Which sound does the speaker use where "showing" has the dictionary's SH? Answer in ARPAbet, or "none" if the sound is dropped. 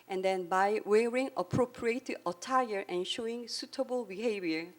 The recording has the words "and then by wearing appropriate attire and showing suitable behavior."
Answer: SH